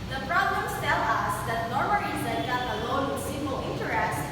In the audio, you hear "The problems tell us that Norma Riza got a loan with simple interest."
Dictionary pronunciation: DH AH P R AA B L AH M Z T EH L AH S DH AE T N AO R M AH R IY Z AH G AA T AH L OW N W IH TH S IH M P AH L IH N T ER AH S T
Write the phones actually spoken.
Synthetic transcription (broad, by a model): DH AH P R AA B L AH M S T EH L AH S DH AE T N AO R M AH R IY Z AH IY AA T AH L OW N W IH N S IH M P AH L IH N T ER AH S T